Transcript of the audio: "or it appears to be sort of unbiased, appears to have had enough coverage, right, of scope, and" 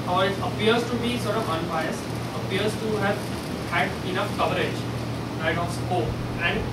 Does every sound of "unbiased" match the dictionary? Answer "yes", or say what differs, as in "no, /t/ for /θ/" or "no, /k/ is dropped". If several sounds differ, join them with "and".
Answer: no, /t/ is dropped